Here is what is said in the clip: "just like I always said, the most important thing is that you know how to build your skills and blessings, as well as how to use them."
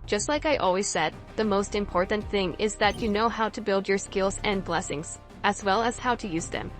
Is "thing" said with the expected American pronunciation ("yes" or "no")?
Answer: yes